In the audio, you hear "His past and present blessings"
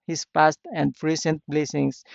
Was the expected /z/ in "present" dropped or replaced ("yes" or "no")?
yes